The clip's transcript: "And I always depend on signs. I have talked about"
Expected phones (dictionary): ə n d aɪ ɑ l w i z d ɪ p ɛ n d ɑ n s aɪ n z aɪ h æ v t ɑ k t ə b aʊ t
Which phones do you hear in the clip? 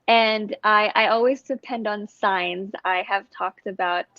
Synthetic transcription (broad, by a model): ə n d aɪ ɑ l w i z d ɪ p ɛ n d n s aɪ n z aɪ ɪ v t ɑ k t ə b aʊ t